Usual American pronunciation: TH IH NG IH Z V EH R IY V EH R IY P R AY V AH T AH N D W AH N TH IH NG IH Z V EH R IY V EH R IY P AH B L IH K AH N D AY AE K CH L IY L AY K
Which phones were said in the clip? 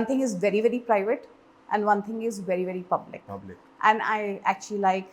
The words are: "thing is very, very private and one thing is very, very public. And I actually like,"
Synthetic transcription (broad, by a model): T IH NG IH Z V EH R IY V EH R IY P R AY V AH T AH N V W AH N T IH NG IH Z V EH R IY V EH R IY P AH B L IH K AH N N AY AE K CH L IY L AY K